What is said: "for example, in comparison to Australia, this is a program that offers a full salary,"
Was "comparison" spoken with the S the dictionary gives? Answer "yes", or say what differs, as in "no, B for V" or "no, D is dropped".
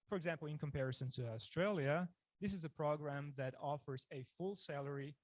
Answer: yes